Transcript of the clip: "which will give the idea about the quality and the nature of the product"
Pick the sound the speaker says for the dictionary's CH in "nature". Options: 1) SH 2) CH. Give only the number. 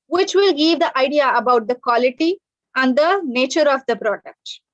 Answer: 2